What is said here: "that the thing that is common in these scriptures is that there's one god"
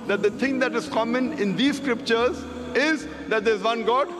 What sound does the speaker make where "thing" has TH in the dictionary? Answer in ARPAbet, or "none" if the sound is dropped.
T